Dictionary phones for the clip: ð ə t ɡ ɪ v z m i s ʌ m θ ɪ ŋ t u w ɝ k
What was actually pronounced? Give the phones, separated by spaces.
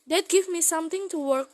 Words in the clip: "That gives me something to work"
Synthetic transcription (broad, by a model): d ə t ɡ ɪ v m i s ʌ m t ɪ ŋ t u w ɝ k